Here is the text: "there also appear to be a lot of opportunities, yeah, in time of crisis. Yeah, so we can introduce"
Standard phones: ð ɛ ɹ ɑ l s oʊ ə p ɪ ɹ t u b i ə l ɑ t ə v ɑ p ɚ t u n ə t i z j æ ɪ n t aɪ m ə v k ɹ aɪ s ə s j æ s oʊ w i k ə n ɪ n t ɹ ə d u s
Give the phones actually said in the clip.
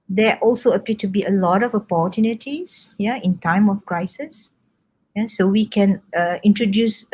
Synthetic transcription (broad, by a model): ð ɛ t ɑ l s oʊ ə p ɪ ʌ t u b i ə l ɑ t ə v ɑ p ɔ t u n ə t i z j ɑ ɪ n t aɪ m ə f k ɹ aɪ s ə s j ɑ s oʊ w i k ə n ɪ n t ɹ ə d u s